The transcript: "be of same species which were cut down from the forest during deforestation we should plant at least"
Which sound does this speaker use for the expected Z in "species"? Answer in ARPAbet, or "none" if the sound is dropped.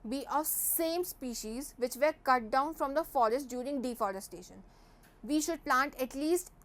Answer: Z